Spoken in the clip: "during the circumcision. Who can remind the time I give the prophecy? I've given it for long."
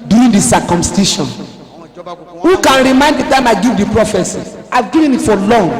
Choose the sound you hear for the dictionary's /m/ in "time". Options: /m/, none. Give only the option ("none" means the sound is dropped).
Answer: /m/